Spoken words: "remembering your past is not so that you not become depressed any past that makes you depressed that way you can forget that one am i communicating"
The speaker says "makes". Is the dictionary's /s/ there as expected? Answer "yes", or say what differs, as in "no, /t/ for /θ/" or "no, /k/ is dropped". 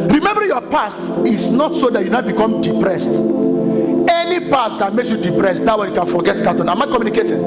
yes